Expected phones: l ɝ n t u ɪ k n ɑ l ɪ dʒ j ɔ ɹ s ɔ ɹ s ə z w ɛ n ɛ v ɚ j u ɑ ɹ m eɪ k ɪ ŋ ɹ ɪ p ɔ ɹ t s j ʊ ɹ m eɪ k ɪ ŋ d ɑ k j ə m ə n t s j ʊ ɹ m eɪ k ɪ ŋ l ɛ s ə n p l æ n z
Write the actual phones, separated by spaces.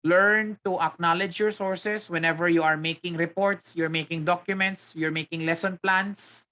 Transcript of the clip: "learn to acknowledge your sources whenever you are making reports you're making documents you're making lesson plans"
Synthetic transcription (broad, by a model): l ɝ n t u ɪ k n ɑ l ɪ dʒ j ɔ ɹ s ɔ ɹ s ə s w ɛ n ɛ v ɚ j u ɑ ɹ m eɪ k ɪ ŋ ɹ ɪ p ɔ ɹ t s j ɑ ɹ m eɪ k ɪ ŋ d ɑ k j ə m ə n t s j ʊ ɹ m eɪ k ɪ ŋ l ɛ s ə n p l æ n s